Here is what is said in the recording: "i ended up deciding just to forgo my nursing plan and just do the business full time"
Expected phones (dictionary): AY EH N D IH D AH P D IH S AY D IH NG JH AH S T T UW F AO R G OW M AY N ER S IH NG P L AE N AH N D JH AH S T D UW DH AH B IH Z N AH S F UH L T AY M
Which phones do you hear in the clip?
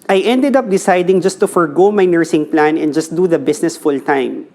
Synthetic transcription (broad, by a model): AY EH N D IH D AH P D IH S AY D IH NG JH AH S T T UW F AO R G OW M AY N ER S IH NG P L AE N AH N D JH AH S T D UW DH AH B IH S N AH S F UH L T AY M